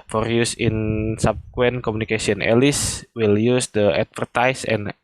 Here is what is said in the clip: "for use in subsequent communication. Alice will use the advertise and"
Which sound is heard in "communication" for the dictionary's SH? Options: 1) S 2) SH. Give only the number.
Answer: 1